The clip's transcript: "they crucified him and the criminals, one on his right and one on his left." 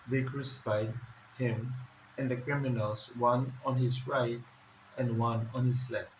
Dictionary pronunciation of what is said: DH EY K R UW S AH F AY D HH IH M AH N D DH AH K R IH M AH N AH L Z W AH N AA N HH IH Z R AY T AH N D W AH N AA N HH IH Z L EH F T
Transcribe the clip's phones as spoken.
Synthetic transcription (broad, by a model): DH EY K R UW S AH F AY D HH IH M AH N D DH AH K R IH M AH N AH L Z W AH N AA N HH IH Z R AY T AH N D W AH N AA N HH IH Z L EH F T